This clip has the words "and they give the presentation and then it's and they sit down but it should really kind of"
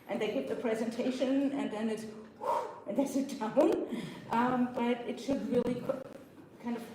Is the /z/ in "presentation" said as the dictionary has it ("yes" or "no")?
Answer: yes